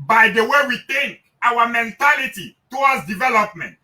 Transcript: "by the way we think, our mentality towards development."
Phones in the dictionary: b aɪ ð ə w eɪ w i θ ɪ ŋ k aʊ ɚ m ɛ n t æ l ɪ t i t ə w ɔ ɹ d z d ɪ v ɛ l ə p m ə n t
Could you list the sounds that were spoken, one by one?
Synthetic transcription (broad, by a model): b aɪ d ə w eɪ w i t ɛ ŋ aʊ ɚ m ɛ n t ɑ l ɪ t i t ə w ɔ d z d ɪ v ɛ l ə p m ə n t